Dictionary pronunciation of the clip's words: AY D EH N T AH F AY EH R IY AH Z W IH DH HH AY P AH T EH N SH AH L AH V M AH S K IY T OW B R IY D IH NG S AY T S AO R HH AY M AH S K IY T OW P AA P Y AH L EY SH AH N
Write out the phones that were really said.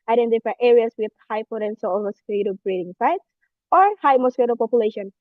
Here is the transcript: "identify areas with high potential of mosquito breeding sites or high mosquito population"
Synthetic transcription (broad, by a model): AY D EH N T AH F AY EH R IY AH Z W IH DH HH AY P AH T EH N S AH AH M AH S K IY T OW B R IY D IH NG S AY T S AO R HH AY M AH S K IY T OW P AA P Y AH L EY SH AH N